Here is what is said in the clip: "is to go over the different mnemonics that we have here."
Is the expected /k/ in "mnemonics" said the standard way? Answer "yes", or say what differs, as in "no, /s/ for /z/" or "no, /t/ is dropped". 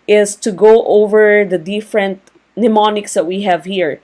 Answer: yes